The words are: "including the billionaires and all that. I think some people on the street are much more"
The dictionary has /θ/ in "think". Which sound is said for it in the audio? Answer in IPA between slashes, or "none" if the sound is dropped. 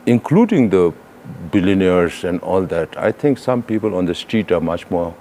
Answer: /t/